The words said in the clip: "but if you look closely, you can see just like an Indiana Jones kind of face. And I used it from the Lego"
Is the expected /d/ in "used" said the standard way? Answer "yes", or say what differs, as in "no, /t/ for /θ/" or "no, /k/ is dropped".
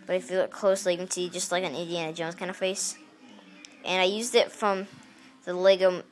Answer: yes